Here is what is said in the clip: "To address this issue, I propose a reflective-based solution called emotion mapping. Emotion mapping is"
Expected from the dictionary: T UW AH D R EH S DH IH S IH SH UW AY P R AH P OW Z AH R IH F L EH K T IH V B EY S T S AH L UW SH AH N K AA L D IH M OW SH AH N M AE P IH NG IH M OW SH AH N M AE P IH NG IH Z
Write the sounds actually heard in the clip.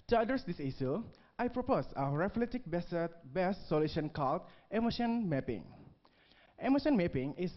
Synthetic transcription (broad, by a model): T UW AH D AH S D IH S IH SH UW AY P R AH P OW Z AH R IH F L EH T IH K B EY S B S AH L UW SH AH N K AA L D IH M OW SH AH N M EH P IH NG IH M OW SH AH N M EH P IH NG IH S